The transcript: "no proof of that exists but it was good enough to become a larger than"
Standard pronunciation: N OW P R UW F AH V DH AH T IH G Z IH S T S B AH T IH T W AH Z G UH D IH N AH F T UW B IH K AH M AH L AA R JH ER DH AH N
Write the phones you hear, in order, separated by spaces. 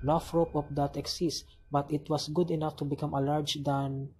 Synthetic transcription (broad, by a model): N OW F R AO P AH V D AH T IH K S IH S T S B AH T IH T W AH S G UH D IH N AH F T UW B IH K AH M AH L AA R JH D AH N